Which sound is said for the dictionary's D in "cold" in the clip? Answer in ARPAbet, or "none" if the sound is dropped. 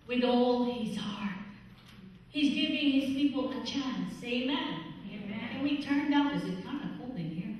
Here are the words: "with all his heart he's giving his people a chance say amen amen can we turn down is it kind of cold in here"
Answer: none